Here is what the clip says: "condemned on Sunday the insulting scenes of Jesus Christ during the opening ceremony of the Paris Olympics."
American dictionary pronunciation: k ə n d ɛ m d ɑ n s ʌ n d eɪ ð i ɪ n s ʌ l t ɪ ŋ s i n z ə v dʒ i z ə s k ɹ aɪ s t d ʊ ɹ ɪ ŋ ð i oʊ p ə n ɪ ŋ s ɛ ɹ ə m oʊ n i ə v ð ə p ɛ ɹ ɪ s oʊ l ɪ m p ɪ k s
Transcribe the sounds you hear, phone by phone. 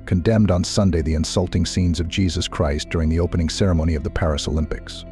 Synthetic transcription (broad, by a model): k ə n d ɛ m d n s ʌ n d eɪ ð i ɪ n s ʌ l t ɪ ŋ s i n z ə v dʒ i z ə s k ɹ aɪ s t d ʊ ɹ ɪ ŋ ð i oʊ p ə n ɪ ŋ s ɛ ɹ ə m oʊ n i ə v ð ə p ɛ ɹ ɪ s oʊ l ɪ m p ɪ k s